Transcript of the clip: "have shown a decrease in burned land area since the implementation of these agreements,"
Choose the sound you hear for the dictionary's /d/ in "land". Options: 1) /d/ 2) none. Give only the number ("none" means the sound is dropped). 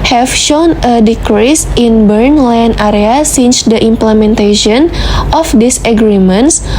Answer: 2